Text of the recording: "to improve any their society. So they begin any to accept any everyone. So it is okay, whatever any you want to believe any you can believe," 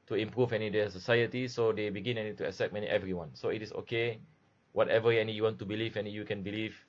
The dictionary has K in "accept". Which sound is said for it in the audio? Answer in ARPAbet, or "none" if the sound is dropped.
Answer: none